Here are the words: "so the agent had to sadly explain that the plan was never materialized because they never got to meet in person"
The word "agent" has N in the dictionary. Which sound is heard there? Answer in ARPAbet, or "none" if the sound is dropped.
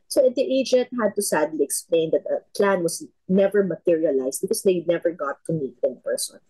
N